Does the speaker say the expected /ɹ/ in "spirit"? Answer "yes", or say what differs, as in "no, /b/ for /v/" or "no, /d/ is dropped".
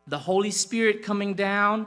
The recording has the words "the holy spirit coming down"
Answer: yes